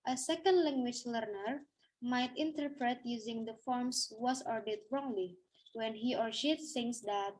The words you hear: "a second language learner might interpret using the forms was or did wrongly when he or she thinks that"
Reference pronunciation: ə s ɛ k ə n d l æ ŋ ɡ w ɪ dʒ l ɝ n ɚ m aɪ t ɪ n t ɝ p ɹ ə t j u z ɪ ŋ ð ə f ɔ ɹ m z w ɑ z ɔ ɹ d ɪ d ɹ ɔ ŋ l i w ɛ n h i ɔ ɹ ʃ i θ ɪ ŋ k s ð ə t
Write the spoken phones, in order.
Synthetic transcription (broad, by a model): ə s ɛ k ə n d l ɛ ŋ ɡ w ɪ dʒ l ɝ n ɚ m aɪ t ɪ n t ɝ p ɹ ə t j u z ɪ ŋ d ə f ɔ ɹ m s w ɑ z ɔ ɹ d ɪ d ɹ ɔ ŋ l i w ɛ n h i ɔ ɹ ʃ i s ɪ ŋ s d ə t